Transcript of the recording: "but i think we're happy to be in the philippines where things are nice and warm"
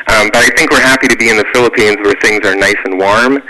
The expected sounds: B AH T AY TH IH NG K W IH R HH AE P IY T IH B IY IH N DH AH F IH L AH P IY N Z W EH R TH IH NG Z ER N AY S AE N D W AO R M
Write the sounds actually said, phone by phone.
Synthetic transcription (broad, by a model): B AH T AY TH IH NG K W IH R HH AE P IY T IH B IY IH N DH AH F IH L AH P IY N Z W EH R TH IH NG Z ER N AY S N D W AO R M